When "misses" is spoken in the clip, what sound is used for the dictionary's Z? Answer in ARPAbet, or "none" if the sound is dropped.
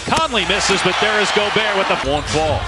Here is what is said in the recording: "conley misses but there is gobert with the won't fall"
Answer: Z